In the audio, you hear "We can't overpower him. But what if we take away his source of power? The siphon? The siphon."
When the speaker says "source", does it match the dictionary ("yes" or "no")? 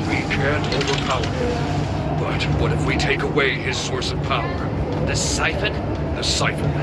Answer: yes